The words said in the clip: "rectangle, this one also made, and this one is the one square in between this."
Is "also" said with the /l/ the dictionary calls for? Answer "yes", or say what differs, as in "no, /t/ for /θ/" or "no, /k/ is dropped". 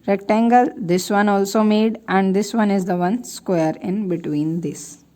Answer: yes